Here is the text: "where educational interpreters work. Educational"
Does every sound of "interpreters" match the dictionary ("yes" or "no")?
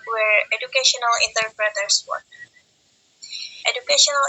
no